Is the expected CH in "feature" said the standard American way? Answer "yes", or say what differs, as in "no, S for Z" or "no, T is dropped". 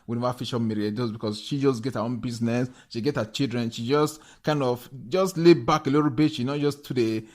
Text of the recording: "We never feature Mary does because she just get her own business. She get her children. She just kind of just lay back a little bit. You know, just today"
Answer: no, SH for CH